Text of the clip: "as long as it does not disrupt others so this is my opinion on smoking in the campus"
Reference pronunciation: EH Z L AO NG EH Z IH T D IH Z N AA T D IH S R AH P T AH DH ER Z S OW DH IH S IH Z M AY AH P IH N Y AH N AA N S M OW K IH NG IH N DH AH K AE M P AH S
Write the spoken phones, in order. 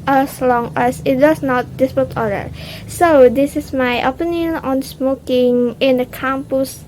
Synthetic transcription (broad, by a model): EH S L AO NG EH S IH T D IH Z N AA T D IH S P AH T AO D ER S OW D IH S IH S M AY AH P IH N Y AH N AA N S M OW K IH NG IH N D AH K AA M P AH S